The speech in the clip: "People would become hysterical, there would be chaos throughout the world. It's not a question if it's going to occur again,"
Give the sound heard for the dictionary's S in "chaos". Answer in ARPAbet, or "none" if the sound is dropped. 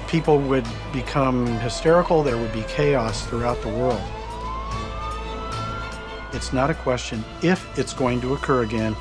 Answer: S